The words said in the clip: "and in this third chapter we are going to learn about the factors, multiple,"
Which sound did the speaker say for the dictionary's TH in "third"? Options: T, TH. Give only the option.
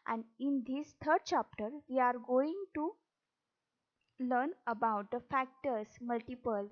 T